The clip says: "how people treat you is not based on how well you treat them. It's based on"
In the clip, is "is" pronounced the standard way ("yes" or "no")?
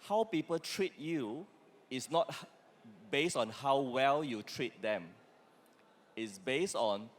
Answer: no